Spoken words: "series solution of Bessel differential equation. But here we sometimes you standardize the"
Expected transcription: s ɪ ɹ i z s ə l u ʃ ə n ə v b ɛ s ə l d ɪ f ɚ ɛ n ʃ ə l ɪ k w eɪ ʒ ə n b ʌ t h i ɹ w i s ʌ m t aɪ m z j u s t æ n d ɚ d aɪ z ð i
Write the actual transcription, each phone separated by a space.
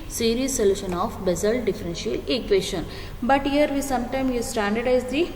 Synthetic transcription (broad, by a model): s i ɹ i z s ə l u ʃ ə n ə f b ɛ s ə l d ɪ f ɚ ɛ n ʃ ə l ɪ k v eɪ ʃ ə n b ʌ t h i ɹ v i s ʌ m t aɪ m j u s t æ n d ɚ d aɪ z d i